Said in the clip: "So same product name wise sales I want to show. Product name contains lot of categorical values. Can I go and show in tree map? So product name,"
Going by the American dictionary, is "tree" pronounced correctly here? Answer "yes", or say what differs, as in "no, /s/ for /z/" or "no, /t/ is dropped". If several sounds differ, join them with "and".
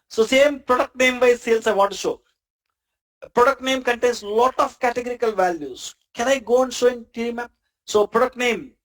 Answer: no, /ɹ/ is dropped